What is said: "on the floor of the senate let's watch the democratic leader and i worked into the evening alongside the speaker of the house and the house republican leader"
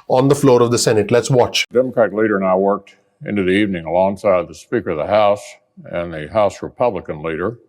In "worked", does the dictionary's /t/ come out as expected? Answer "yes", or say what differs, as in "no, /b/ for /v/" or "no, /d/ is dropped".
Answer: yes